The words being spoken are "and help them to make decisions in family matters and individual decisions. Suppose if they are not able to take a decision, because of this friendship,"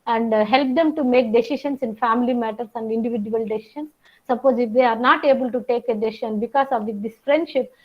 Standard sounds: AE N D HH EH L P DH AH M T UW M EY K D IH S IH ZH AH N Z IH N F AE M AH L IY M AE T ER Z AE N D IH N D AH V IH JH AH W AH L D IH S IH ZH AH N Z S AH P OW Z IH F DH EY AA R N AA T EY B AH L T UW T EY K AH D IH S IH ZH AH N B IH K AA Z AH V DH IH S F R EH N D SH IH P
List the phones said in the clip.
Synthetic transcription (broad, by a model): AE N D HH EH L P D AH M T UW M EY K D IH S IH SH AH N S IH N F AE M AH L IY M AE T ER S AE N D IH N D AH V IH JH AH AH L D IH S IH SH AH N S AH P OW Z IH F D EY AA R N AA T EY B AH L T UW T EY K AH D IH S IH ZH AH N B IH K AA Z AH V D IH S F R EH N D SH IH P